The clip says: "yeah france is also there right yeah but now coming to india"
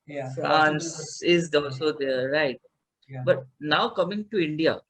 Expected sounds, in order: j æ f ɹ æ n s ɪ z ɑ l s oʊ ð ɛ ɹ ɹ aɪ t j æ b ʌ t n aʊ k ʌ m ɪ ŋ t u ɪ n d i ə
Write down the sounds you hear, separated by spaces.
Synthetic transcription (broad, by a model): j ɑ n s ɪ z ɑ l s oʊ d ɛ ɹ ɹ aɪ t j b ʌ t n aʊ k ʌ m ɪ ŋ t u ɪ n d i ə